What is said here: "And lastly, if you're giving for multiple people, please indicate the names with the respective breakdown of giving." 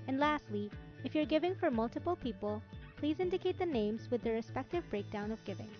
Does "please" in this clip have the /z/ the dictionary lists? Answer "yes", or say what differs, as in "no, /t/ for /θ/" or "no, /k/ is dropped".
yes